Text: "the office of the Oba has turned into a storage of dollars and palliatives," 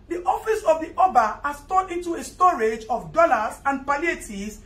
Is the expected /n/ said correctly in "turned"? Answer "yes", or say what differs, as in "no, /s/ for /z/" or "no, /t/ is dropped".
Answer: no, /n/ is dropped